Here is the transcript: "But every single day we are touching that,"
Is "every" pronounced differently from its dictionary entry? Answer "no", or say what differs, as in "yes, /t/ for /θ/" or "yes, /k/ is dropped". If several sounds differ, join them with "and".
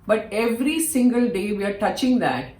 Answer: no